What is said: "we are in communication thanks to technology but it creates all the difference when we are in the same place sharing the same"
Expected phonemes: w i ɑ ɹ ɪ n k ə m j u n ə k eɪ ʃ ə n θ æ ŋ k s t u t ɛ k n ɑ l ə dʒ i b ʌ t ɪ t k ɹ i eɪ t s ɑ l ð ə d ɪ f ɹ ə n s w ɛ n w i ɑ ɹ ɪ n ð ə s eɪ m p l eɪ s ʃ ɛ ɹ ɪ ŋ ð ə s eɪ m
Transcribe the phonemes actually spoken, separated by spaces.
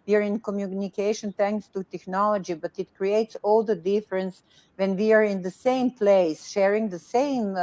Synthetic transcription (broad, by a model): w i ɑ ɹ ɪ n k ə m j u n ə k eɪ ʃ ə n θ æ ŋ k s t u t ɛ k n ɑ l ə dʒ i b ʌ t ɪ t k ɹ i eɪ t s ɑ l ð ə d ɪ f ɹ ə n s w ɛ n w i ɑ ɹ ɪ n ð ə s eɪ m p l eɪ s ʃ ɛ ɹ ɪ ŋ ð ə s eɪ m